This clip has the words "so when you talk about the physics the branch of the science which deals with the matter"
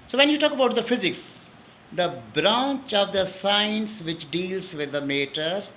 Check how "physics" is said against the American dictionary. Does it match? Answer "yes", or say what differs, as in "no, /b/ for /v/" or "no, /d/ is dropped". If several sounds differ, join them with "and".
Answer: yes